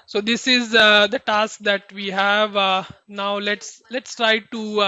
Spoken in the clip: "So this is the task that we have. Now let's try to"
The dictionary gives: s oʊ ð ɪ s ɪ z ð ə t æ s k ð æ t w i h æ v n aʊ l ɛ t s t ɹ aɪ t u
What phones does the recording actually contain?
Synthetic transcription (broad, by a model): s oʊ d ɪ s ɪ z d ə t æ s k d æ t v i h æ v n aʊ l ɛ t s t ɹ aɪ t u